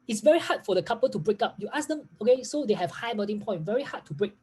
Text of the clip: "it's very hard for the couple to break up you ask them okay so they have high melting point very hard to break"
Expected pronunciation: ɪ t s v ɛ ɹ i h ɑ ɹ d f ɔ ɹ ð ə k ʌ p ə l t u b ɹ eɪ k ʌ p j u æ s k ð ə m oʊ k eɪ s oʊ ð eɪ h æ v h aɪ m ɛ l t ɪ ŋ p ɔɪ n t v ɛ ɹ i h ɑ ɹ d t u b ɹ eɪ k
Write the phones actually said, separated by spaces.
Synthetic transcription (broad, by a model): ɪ t s v ɛ ɹ i h ɑ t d f ɔ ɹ ə k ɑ p ə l t u b ɹ eɪ k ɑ p j u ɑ s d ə m oʊ k eɪ s oʊ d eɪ h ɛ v h aɪ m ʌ t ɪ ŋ p ɔɪ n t v ɛ ɹ i h ɑ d t u b ɹ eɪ k